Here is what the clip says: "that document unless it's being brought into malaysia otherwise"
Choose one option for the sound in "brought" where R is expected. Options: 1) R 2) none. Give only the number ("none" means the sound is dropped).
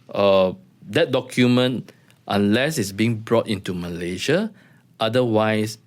1